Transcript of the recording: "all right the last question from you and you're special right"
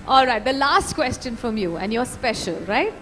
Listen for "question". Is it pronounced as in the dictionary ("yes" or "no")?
yes